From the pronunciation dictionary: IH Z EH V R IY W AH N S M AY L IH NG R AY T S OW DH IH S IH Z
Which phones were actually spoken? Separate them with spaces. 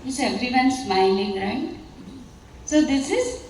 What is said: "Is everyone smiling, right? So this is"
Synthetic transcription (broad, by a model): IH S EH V R IY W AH N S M AY N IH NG R AY T S OW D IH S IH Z